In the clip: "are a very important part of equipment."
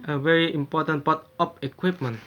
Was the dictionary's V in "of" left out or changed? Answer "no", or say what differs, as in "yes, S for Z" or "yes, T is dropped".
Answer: yes, P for V